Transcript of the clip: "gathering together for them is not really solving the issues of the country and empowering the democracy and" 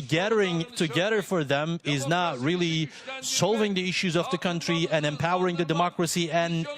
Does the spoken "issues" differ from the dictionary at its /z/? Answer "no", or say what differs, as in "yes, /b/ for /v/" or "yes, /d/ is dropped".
no